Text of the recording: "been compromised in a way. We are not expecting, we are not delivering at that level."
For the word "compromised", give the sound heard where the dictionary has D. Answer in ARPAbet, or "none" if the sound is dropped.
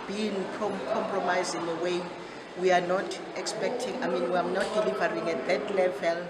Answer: none